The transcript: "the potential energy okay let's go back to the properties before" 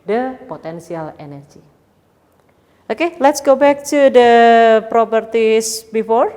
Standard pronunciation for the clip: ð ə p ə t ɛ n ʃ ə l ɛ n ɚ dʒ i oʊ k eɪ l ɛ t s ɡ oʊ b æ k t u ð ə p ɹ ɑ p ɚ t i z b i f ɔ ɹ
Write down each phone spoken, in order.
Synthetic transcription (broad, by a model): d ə p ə t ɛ n s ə l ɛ n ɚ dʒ i oʊ k eɪ l ɛ t s ɡ oʊ b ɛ k t u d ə p ɹ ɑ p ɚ t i s b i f ɔ ɹ